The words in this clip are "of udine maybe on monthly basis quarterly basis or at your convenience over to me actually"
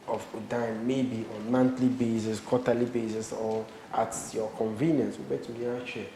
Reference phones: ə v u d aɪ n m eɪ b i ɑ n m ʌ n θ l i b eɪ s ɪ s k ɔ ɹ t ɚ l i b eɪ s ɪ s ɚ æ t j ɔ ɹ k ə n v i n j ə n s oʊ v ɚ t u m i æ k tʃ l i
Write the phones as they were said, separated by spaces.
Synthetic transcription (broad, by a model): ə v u d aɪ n m eɪ b i ɑ n m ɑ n t l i b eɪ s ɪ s k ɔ t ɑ l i b eɪ s ɪ s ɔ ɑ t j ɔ k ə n v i n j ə n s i b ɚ t u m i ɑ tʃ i